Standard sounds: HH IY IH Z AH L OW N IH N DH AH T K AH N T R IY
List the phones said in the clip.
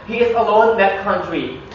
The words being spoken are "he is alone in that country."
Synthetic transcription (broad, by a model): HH IY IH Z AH L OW IH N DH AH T K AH N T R IY